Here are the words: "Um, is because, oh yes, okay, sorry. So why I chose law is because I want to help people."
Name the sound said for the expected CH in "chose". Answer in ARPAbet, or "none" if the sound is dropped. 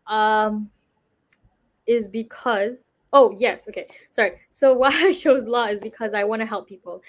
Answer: SH